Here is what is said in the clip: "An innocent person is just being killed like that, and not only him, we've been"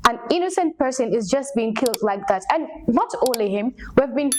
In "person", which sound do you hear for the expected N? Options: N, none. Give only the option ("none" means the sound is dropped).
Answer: N